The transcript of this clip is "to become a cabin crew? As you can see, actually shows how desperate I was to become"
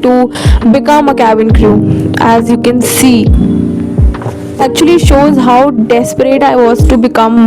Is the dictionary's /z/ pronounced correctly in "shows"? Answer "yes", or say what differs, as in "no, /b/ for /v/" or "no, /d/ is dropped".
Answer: yes